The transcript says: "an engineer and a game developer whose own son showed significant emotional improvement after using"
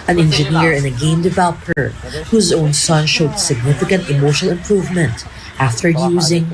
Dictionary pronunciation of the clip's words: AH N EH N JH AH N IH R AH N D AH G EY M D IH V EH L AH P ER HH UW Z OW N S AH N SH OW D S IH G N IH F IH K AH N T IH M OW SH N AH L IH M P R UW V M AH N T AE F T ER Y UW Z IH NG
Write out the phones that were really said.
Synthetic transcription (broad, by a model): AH N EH N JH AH N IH R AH N AH G EY M D IH V EH L AH P ER HH UW Z OW N S AH N SH OW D S IH G N IH F IH K AH N T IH M OW SH AH L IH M P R UW V M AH N T AE F T ER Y UW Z IH NG